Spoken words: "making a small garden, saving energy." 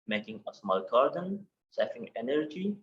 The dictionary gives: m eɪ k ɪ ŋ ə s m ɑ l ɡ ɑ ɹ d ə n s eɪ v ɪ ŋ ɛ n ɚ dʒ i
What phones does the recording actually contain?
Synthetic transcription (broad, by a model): m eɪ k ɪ ŋ ə s m ɑ l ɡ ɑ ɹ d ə n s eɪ f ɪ ŋ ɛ n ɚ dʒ i